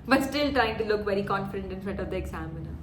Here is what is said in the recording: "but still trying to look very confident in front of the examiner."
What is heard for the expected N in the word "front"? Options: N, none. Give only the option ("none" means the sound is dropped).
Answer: none